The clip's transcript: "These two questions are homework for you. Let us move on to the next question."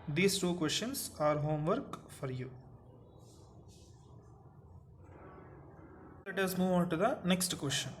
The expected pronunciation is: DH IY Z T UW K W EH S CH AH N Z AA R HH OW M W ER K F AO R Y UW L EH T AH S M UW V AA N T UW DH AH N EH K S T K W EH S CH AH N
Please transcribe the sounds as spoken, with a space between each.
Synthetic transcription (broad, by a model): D IY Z T UW K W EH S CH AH N S AA R HH OW M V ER K F AO R Y UW L EH T AH S M UW V AA N T UW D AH N EH K S T K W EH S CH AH N